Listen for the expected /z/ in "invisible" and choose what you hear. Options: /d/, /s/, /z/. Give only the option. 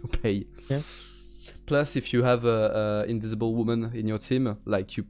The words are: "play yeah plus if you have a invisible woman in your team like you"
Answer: /z/